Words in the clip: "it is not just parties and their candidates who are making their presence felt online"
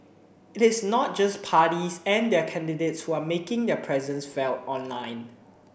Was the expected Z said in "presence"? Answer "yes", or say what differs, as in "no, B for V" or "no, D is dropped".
yes